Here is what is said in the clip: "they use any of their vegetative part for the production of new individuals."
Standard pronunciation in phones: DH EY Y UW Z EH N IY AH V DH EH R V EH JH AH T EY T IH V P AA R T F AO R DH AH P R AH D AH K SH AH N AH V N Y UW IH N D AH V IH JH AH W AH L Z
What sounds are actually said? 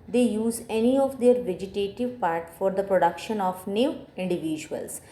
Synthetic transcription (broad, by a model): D EY Y UW Z EH N IY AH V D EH R V EH JH AH T EY T IH V P AA R T F AO R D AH P R AH D AH K SH AH N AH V N Y UW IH N D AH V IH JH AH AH L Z